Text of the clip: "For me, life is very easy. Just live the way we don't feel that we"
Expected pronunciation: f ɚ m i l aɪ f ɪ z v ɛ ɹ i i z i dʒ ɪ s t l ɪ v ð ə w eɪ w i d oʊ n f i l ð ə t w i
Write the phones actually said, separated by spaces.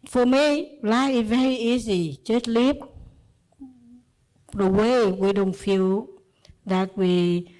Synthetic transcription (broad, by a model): f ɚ m i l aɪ ɪ v ɛ ɹ i i z i tʃ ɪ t l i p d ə w eɪ w i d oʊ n f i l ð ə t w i